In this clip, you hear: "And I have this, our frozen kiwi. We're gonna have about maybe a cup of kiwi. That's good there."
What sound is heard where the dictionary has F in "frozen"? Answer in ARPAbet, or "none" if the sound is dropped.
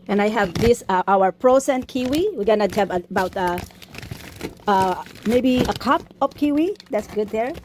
P